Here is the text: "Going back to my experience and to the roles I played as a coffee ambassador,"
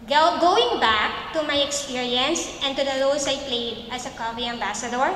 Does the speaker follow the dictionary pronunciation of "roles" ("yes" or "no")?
no